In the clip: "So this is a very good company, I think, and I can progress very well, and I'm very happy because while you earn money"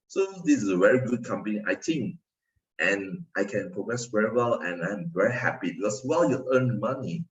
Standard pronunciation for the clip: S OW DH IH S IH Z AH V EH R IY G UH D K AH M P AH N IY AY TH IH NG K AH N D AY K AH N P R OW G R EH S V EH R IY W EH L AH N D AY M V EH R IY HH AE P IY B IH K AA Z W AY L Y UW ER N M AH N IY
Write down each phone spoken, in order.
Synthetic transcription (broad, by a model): S OW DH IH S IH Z AH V EH R IY G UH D K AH M P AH N IY AY T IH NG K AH N AY K AH N P R OW G R EH S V EH R IY W EH L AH N AY M V EH R IY HH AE P IY B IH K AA S W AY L Y UW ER N M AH N IY